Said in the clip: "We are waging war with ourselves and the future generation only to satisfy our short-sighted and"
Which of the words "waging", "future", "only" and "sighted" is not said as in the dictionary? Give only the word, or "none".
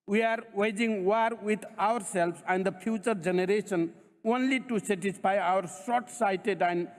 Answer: future